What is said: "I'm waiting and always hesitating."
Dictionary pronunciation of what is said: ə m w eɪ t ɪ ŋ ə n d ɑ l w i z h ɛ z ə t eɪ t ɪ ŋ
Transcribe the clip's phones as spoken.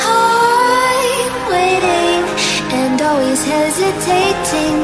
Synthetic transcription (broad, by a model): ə w eɪ t ɪ ŋ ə n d ɑ l w i z h ɛ z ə t eɪ t ɪ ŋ